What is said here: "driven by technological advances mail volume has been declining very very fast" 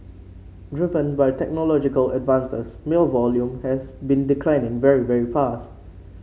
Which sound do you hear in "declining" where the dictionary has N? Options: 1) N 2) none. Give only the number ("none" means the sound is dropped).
1